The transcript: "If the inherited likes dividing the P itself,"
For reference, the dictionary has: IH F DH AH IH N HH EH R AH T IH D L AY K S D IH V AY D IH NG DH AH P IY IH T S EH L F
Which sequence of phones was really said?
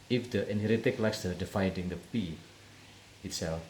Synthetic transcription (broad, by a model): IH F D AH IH N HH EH R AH T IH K L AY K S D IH F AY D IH NG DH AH P IY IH T S EH L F